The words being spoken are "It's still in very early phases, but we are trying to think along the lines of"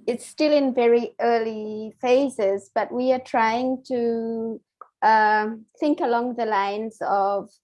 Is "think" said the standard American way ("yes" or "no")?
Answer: yes